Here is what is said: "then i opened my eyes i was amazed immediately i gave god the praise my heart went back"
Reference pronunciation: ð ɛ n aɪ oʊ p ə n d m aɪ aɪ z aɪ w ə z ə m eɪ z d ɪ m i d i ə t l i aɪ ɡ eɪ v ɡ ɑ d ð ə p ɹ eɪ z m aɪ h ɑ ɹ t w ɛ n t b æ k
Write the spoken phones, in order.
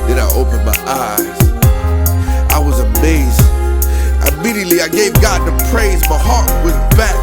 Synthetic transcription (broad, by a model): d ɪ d aɪ oʊ p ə n m aɪ aɪ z aɪ w ə z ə m eɪ z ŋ ɪ m i d i ə t l i aɪ ɡ eɪ v ɡ ɑ d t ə p ɹ eɪ z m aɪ h ɑ ɹ t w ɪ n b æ